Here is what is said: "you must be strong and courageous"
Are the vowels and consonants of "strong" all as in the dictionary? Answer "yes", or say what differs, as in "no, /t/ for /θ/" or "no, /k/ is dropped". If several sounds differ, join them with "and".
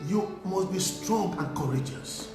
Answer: yes